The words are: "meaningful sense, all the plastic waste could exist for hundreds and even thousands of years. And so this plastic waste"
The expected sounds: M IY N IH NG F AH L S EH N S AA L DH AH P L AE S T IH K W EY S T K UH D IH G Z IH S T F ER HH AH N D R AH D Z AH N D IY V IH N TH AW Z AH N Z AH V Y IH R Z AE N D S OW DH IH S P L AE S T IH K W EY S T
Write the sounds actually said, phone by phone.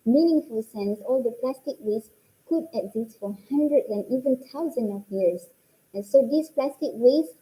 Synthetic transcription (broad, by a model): M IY N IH NG F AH L S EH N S AA L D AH P L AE S T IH K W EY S K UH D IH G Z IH S T F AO HH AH N D R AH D AH N IY V IH N T AW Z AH N AH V Y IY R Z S S OW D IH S P L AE S T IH K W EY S